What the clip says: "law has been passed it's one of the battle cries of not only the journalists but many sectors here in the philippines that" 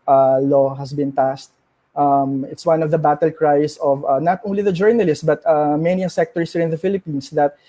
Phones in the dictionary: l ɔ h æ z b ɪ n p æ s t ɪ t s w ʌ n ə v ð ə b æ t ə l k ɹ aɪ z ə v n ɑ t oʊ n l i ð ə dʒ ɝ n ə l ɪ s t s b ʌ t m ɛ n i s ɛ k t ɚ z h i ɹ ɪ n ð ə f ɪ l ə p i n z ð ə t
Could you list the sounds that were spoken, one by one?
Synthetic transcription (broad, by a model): l ɔ h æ s b ɪ n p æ s t ɪ t s w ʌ n ə v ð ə b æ t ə l k ɹ aɪ s ə v n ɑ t oʊ n l i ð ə dʒ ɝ n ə l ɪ s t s b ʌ t m ɛ n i s ɛ k t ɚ s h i ɹ ɪ n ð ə f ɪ l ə p i n s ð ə t